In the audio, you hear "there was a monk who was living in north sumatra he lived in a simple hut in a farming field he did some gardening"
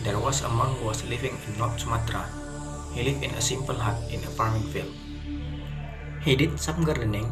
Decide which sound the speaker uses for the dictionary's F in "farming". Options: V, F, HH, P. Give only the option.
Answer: P